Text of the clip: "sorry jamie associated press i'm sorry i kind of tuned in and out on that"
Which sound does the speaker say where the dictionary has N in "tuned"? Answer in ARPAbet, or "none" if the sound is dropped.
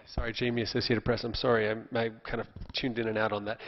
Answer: N